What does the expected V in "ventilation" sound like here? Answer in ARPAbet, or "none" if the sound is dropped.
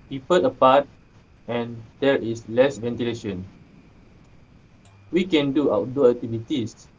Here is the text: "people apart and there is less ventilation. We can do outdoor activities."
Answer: V